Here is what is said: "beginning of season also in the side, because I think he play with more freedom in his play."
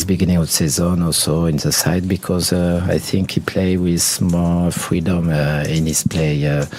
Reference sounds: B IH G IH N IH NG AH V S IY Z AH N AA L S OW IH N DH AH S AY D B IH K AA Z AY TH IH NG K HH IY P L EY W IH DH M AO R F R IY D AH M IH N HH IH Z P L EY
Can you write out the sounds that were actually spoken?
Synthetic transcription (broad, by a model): B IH G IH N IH NG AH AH S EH Z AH N AA L S OW IH N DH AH S AY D B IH K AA Z AY TH IH NG K HH IY P L EY W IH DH M AO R F R IY D AH M IH N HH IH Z P L EY